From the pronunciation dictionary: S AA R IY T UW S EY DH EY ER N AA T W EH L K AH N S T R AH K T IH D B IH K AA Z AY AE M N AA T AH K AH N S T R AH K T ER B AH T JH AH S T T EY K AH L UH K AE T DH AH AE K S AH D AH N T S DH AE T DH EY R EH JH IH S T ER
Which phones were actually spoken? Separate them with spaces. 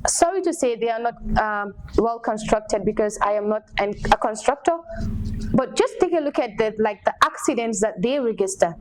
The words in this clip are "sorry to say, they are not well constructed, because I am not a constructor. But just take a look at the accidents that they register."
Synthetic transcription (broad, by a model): S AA R IY T UW S EY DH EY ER N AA T W EH L K AH N S T R AH K T IH D B IH K AA Z AY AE M N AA T AH K AH N S T R AH K T ER B AH T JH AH S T T EY K AH L UH K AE T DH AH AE K S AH D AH N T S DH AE T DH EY R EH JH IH S T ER